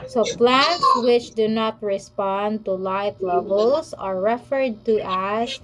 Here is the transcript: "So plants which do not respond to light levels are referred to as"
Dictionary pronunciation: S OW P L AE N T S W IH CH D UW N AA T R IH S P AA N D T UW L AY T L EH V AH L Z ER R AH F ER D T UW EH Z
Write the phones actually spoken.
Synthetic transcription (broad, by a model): S OW P L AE N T S W IH CH D UW N AA T R IH S P AA N D T UW L AY T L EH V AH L S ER R AH F ER D T UW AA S